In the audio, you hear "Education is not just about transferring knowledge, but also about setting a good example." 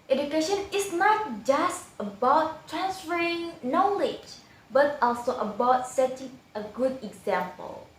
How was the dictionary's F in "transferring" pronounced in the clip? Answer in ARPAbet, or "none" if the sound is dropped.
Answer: none